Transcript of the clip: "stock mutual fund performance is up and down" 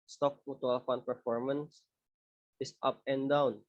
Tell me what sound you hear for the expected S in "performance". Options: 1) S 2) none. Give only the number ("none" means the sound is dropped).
1